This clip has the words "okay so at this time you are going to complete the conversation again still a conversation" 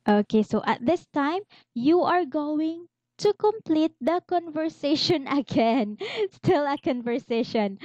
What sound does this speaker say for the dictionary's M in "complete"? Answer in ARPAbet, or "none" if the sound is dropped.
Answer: M